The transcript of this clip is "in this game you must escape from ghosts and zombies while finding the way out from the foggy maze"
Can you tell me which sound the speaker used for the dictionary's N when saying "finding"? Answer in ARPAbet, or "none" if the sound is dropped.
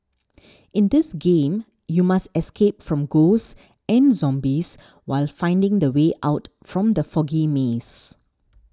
N